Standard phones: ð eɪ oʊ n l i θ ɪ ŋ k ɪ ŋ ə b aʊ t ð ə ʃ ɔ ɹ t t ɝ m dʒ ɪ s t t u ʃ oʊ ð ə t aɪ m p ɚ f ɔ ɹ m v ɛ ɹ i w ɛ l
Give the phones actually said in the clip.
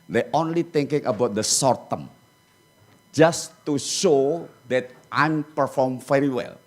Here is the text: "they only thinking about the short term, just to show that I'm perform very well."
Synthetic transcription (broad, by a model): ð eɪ oʊ n l i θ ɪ ŋ k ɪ ŋ ə b aʊ t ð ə s ɔ ɹ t t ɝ m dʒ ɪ s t t u ʃ oʊ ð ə t aɪ m p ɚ f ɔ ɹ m f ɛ ɹ i w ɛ l